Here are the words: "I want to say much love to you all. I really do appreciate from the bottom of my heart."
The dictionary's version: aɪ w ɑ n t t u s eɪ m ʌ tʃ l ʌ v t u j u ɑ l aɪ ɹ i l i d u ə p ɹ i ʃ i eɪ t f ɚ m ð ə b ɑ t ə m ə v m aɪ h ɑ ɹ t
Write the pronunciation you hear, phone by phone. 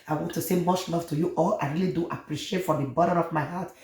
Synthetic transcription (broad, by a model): aɪ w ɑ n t t u s eɪ m ʌ tʃ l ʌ f t u j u ɑ l aɪ ɹ i l i d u ə p ɹ i ʃ i eɪ t f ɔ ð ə b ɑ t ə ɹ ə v m aɪ h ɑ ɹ t